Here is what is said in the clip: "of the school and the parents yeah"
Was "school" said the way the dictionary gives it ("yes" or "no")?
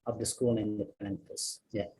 no